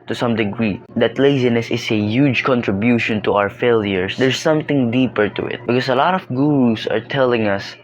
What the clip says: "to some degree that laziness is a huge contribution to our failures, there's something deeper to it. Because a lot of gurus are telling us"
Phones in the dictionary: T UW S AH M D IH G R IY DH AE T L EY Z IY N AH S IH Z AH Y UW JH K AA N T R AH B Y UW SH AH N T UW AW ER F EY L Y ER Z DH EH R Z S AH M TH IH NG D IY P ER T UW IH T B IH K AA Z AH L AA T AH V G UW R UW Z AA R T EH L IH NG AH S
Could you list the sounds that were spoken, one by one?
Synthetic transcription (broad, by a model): T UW S AH M D IH G R IY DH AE T L EY Z IY N AH S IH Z AH Y UW JH K AA N T R AH B Y UW SH AH N T UW AW ER F EY L Y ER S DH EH R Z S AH M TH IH NG D IY P ER T UW IH T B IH K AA S AH L AA T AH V G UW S AA R T EH L IH NG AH S